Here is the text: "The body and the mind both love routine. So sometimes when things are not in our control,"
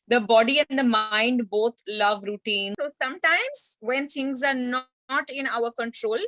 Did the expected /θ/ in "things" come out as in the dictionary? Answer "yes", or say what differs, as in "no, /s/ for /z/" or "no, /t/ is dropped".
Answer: no, /t/ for /θ/